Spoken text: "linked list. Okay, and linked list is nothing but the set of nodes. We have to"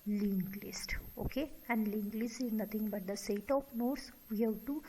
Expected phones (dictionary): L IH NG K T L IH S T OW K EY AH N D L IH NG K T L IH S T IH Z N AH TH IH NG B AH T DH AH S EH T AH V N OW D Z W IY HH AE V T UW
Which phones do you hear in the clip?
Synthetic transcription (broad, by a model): L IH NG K L IH S T OW K EY AH N D L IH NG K L IH S T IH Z N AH T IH NG B AH T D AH S EH T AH P N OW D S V IY HH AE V T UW